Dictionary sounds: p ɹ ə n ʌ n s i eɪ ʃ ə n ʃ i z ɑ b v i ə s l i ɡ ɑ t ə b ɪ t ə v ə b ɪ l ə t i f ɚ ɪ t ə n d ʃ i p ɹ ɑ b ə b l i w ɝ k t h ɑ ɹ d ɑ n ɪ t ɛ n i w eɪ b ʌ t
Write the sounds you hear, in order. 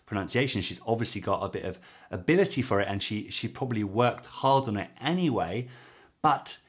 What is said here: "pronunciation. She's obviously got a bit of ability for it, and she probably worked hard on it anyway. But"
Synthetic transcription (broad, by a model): p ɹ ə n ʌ n s i eɪ ʃ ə n ʃ i z ɑ b v i ə s l i ɡ ɑ t ə b ɪ t ə v ə b ɪ l ə t i f ɚ ɪ t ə n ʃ ʃ i p ɹ ɑ b ə b l i w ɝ k t h ɑ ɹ d n ɪ t ɛ n i w eɪ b ʌ t